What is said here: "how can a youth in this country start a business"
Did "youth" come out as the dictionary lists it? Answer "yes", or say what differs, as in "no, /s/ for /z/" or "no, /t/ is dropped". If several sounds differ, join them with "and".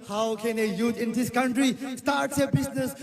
no, /t/ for /θ/